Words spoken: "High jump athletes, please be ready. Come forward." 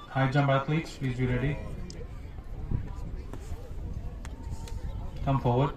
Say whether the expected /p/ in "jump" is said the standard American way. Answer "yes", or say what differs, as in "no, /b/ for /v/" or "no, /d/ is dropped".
no, /b/ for /p/